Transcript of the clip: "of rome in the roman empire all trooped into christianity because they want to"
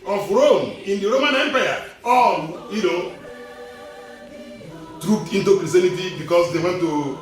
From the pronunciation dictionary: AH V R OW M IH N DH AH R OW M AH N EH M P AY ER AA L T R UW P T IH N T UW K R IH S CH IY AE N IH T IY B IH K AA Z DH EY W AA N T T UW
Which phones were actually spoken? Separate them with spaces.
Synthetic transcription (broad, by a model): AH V R OW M IH N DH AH R OW M AH N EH M P AY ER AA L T R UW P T IH N T UW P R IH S IY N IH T IY B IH K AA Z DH EY W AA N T T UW